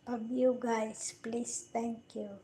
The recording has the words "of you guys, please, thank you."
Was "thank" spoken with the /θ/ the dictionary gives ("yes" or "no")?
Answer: no